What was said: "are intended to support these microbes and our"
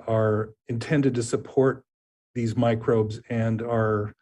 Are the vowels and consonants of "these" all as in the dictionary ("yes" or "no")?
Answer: yes